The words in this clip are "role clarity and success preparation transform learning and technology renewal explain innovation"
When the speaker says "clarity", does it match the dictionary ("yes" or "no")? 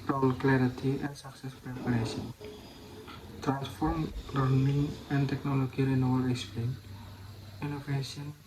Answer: yes